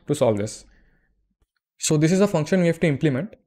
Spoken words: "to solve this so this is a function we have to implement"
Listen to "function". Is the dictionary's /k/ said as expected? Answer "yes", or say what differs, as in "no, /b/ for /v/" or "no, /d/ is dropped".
yes